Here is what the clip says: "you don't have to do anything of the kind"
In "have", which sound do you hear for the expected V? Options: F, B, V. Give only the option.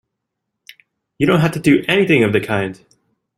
F